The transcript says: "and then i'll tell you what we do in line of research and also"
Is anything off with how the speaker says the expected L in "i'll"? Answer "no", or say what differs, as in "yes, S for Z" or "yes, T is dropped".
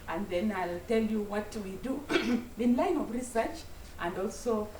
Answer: no